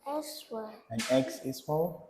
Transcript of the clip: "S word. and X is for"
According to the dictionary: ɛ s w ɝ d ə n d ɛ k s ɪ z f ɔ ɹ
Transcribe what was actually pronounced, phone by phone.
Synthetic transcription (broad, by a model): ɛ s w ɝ ə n ɛ k s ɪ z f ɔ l